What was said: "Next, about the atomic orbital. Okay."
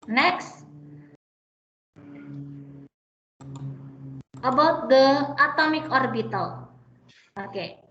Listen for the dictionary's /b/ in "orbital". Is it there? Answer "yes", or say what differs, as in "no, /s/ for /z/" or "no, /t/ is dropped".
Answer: yes